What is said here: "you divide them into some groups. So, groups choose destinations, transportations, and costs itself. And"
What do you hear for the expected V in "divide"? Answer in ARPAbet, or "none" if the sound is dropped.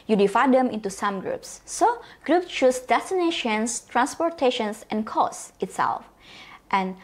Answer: F